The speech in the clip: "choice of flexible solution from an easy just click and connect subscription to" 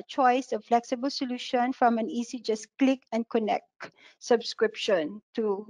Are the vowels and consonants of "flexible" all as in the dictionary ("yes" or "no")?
yes